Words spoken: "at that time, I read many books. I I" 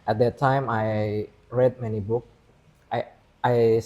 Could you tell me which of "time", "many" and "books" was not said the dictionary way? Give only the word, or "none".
books